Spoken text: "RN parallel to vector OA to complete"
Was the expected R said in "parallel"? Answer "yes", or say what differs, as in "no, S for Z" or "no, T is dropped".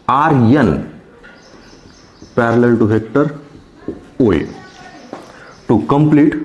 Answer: yes